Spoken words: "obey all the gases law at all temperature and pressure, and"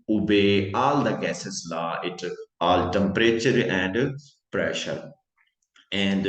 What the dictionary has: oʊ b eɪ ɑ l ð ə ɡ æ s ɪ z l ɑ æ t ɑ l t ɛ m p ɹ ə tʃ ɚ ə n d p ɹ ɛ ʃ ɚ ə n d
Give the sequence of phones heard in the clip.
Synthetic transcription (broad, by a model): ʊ b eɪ ɑ l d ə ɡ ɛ s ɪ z l ɑ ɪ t ɑ l t ɛ m p ɹ ə tʃ ɚ ə n d p ɹ ɛ ʃ ɚ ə n d